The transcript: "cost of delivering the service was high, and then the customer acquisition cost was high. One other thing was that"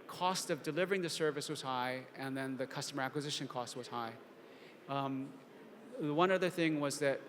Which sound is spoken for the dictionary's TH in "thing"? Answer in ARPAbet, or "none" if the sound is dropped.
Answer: TH